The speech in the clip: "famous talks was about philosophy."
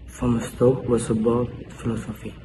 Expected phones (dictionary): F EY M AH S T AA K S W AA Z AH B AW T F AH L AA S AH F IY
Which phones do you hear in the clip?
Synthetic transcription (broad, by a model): F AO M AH S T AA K W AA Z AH B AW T F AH L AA S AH F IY